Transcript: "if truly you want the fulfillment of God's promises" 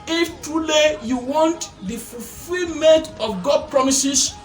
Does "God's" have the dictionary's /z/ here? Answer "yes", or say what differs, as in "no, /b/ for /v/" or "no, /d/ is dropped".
no, /z/ is dropped